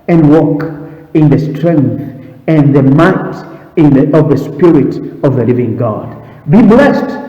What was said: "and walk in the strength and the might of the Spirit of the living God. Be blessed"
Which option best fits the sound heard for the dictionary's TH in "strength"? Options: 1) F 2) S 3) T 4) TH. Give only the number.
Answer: 4